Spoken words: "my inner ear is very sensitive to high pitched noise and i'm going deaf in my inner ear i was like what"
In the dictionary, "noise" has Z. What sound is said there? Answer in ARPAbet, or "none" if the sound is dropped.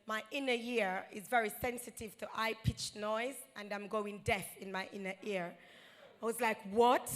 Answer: Z